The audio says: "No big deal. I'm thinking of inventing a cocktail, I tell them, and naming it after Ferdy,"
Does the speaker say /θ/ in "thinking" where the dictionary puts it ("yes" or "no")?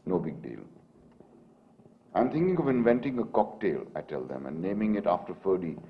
no